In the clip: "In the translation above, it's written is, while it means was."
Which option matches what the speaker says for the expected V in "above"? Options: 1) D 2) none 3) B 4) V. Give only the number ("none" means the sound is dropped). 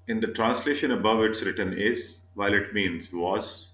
4